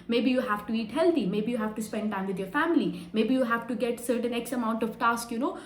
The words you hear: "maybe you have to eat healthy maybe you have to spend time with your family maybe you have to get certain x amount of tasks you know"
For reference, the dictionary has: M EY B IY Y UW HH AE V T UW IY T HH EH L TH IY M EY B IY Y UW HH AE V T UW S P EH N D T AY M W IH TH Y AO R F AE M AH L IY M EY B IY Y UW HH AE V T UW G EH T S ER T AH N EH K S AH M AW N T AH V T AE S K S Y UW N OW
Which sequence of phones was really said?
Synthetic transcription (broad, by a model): M EY B IY Y UW HH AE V T UW IY T HH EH L T IY M EY B IY Y UW HH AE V T UW S P EH N D T AY M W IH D Y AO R F AE M AH L IY M EY B IY Y UW HH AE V T UW G EH T S ER T AH N EH K S AH M AW N T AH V T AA S K Y UW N OW